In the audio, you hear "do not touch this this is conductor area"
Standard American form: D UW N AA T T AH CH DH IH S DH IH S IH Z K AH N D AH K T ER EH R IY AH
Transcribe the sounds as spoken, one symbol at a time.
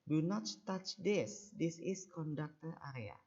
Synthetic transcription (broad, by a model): D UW N AA T T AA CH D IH S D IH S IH S K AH N D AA K T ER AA R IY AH